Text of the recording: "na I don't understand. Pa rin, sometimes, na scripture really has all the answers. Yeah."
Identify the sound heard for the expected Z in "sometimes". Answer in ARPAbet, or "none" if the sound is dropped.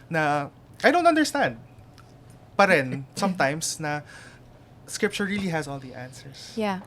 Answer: S